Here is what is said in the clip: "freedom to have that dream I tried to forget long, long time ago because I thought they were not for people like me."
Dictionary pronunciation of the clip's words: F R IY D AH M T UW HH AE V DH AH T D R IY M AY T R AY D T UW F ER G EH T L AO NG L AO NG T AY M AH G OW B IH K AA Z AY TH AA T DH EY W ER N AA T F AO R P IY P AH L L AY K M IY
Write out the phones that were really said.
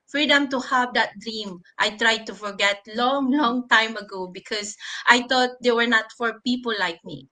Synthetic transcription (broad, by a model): F R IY D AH M T UW HH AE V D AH T D R IY M AY T R AY D T UW F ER G EH T L AO NG L AO NG T AY M AH G OW B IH K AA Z AY T AA T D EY W ER N AA T F AO R P IY P AH L L AY K M IY